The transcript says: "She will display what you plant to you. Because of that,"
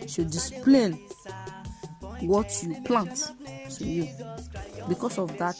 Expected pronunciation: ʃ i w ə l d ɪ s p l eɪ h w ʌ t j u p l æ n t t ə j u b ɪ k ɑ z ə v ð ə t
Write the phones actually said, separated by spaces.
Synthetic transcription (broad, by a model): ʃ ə d ɪ s p l eɪ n w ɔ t j u p l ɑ n t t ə j u b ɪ k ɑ s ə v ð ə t